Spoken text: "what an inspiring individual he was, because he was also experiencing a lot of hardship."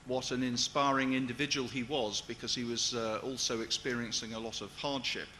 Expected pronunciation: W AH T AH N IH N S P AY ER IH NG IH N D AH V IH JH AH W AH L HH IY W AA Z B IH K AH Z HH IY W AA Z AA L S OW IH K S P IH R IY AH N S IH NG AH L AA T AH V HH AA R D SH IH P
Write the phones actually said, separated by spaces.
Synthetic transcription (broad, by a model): W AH T AH N IH N S P AY ER IH NG IH N D AH V IH JH AH W AH L IY W AA Z B IH K AH Z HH IY W AA Z AA L S OW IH K S P IH R IY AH N S IH NG AH L AA T AH V HH AA R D SH IH P